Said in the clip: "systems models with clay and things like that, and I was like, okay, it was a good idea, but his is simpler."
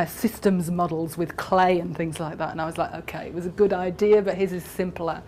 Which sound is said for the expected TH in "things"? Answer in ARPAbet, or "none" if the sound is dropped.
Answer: TH